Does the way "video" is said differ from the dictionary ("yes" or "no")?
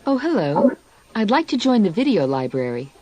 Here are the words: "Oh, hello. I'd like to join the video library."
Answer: no